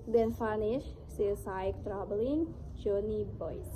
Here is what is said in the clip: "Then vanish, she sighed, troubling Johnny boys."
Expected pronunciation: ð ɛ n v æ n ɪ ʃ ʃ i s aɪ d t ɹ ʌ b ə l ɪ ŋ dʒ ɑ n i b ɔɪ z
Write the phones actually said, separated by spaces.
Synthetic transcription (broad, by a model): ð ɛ n f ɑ n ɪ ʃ s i s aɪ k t ɹ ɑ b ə l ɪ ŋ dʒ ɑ n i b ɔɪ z